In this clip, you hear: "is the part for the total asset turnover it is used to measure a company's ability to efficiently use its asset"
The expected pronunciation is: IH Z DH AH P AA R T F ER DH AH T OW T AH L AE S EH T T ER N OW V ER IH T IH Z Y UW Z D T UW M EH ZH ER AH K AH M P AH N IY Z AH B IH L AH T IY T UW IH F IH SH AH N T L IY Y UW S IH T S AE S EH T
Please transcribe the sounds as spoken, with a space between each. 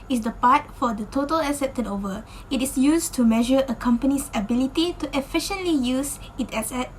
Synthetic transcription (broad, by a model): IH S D AH P AA T F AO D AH T OW T AH L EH S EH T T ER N OW V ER IH T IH S Y UW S T UW M EH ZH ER AH K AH M P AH N IY S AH B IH L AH T IY T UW IH F IH SH AH N T L IY Y UW S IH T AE S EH T